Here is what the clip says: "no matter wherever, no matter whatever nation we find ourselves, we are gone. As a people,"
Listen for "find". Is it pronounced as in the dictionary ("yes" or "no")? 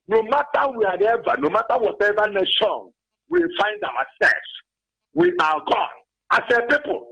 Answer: yes